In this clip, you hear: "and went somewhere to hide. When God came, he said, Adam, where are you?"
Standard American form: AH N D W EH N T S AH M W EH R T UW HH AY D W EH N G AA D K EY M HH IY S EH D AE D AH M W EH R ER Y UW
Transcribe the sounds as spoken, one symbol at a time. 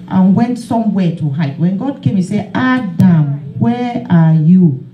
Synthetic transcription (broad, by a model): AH N W EH N T S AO M W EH T UW HH AY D W EH N G AA D K EY M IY S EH AA D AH M W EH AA Y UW